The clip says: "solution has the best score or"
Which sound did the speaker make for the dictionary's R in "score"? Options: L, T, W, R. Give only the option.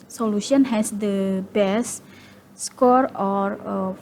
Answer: R